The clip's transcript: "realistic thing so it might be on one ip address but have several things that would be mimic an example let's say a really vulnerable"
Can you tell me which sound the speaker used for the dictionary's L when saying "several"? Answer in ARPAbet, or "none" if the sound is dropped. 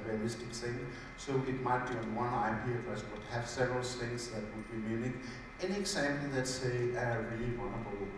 L